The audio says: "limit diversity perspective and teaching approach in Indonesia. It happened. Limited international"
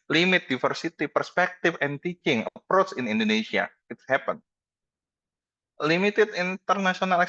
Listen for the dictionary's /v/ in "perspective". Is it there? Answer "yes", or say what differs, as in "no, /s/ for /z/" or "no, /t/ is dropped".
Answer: no, /f/ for /v/